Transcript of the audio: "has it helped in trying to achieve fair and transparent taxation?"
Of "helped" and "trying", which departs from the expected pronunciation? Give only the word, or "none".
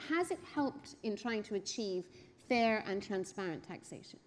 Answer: none